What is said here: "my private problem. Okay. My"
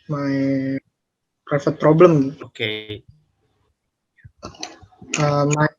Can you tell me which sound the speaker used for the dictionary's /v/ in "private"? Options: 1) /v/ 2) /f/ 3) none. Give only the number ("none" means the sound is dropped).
2